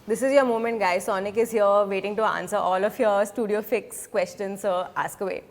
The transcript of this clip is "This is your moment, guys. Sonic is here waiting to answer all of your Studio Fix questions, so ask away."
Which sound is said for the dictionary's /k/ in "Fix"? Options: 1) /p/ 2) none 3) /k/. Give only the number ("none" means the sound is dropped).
3